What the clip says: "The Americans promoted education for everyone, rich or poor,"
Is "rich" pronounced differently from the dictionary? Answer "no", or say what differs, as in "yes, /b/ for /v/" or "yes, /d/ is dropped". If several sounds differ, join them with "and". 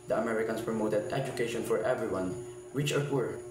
yes, /w/ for /ɹ/